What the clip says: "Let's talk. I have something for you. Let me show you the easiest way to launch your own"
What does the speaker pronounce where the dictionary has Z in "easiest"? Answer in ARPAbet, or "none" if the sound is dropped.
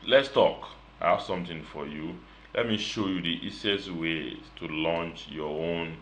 S